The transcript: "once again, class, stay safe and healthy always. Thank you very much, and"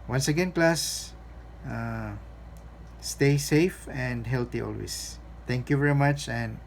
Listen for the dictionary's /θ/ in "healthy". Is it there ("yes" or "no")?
no